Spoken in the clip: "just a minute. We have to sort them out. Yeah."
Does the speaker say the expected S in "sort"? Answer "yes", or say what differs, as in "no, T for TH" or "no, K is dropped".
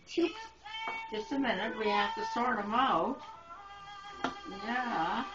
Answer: yes